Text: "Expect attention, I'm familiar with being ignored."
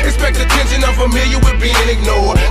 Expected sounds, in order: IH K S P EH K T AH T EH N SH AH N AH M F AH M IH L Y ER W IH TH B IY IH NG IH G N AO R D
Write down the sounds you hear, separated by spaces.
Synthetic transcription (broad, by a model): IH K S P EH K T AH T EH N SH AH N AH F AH M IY Y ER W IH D B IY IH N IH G N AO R